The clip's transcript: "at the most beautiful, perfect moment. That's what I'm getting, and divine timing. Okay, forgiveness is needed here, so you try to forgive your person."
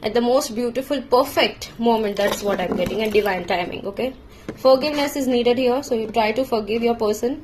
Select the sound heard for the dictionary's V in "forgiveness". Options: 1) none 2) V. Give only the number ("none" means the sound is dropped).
2